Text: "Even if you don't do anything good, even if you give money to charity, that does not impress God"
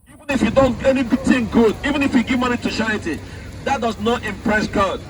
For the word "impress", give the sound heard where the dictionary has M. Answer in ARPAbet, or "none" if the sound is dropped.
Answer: M